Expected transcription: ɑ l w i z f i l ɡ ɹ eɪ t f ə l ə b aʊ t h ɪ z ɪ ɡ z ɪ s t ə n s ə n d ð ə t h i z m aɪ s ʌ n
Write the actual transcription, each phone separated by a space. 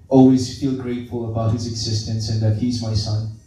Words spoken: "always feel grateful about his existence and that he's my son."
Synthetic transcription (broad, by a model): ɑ l w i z f i l ɡ ɹ eɪ t f ə l ə b aʊ t h ɪ z ɪ ɡ z ɪ s t ə n s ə n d ð ə t h i z m aɪ s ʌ n